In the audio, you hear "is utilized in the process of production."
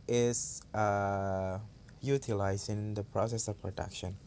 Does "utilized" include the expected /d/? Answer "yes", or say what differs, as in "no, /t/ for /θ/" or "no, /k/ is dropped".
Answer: no, /d/ is dropped